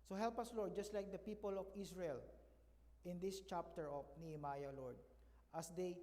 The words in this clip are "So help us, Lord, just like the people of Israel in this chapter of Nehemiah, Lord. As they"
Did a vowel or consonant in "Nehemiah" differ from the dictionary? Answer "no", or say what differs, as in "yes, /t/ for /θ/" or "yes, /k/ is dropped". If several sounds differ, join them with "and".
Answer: no